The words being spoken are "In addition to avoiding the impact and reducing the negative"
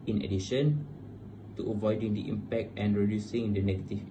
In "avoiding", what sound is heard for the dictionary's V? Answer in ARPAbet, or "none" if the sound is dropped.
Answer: V